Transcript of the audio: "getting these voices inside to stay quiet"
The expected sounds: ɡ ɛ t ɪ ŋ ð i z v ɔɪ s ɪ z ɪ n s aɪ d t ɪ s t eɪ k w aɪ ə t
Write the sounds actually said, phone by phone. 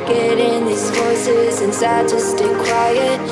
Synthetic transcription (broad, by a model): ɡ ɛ t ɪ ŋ ð i z f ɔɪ s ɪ z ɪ n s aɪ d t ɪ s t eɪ k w aɪ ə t